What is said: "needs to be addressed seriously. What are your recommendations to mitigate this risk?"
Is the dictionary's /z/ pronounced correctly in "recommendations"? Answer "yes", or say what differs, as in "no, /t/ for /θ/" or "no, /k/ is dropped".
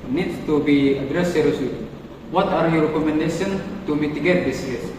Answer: no, /z/ is dropped